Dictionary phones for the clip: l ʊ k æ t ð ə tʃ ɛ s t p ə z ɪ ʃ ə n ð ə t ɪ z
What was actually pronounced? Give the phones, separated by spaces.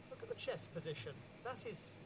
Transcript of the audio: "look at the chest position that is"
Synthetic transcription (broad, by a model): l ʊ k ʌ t ð ə tʃ ɛ s p ə z ɪ ʃ ə n ð ə t ɪ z